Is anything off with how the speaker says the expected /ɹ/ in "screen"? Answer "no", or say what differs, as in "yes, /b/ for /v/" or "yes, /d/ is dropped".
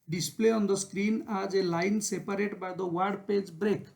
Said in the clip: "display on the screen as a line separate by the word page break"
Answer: no